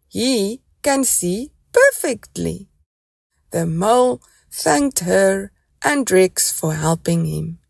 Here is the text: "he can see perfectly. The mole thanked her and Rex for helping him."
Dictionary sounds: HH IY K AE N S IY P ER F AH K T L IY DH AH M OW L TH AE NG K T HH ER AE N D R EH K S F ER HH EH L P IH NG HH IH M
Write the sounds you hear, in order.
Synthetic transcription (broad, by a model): HH IY K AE N S IY P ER F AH K T L IY DH AH M OW L TH AE NG K T HH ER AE N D R EH K S F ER HH EH L P IH NG HH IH M